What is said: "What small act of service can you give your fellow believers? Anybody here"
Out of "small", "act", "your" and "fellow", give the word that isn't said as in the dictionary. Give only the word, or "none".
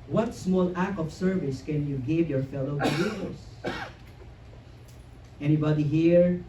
act